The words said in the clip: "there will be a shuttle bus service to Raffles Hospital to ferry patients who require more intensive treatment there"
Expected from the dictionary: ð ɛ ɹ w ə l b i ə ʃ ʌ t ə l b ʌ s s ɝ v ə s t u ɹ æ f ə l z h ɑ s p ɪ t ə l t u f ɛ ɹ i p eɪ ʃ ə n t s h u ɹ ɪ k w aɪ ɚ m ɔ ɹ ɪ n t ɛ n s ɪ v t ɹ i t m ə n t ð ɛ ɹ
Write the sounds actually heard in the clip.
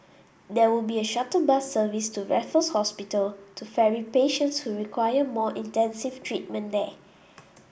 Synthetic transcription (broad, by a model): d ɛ w ə l b i ə ʃ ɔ t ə b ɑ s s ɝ v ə s t u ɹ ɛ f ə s h ɑ s p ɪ t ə l t u f ɛ ɹ i p eɪ ʃ ə n t s h u ɹ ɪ k w aɪ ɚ m ɔ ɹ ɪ n t ɛ n s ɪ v t ɹ i t m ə n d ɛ